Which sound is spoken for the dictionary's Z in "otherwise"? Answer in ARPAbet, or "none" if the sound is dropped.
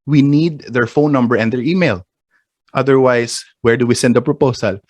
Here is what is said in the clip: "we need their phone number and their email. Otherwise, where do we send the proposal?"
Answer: S